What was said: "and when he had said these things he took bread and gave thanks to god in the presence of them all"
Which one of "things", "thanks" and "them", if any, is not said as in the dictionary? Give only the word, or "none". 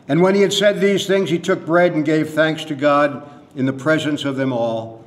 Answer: none